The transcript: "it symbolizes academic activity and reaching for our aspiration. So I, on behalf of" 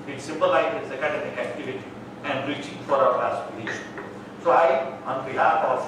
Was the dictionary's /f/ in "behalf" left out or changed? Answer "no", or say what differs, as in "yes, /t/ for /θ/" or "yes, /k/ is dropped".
yes, /f/ is dropped